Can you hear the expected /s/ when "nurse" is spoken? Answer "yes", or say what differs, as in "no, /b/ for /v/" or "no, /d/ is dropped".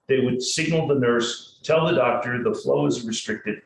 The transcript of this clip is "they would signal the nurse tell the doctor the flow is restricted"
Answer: yes